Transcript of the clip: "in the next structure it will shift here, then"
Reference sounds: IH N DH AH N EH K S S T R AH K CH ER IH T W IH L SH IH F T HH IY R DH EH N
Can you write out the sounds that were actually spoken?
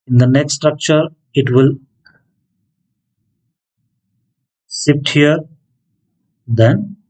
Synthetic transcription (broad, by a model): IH N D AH N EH K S S T R AH K CH ER IH T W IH L S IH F T HH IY R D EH N